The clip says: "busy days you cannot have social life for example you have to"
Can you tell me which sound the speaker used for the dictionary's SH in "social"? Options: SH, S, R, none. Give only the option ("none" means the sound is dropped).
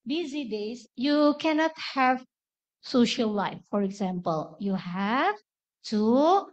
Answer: SH